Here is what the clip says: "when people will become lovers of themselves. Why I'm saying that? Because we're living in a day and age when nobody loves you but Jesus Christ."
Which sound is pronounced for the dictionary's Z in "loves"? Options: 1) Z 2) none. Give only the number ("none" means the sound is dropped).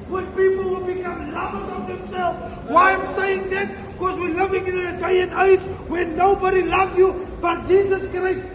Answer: 2